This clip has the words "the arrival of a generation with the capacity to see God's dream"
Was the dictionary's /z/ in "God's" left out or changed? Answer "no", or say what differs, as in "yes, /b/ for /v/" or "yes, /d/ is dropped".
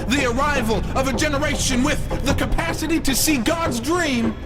no